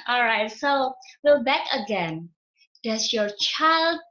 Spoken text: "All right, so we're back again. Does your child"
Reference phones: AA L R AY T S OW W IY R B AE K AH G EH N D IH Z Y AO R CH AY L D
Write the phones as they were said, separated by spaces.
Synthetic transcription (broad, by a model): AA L R AY T S OW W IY L B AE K AH G EH N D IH S Y AO R CH AY L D